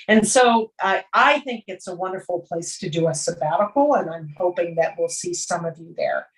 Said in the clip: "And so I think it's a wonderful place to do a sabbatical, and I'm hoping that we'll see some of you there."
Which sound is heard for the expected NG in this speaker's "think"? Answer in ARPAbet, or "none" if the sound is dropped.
NG